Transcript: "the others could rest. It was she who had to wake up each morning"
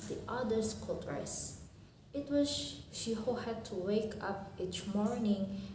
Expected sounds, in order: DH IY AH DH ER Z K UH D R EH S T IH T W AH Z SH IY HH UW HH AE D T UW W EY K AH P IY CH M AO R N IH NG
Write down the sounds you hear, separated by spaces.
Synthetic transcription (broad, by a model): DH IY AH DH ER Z K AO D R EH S IH T W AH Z SH IY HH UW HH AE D T UW W EY K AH P IY CH M AO R N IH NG